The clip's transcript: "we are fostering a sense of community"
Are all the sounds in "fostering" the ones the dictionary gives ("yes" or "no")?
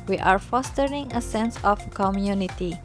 yes